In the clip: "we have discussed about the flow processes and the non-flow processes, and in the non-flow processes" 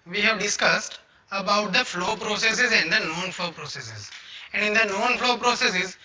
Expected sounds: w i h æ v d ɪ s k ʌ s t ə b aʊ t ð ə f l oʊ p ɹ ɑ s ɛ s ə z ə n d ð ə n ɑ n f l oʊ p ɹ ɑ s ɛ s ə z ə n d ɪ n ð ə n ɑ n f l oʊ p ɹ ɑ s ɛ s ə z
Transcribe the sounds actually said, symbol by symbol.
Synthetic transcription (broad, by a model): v i h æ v d ɪ s k ʌ s t ə b aʊ t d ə f l oʊ p ɹ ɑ s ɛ s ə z ə n d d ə n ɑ n f l oʊ p ɹ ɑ s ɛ s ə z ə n d ɪ n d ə n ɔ n f l oʊ p ɹ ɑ s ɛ s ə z